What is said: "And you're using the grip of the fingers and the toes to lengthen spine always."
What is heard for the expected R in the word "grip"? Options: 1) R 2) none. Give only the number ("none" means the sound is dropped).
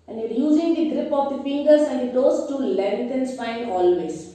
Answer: 1